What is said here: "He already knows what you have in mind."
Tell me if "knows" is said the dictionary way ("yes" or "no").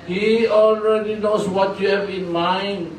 no